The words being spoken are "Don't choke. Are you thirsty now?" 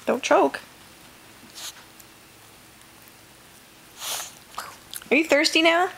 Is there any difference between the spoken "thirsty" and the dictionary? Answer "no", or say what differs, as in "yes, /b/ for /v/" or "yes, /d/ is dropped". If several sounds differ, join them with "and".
no